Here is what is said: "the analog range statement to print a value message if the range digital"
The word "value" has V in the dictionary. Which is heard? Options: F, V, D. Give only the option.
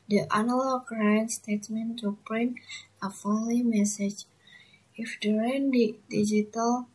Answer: F